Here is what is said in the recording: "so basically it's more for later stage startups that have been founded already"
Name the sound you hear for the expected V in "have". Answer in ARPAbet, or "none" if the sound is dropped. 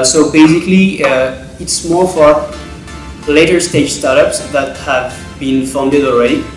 V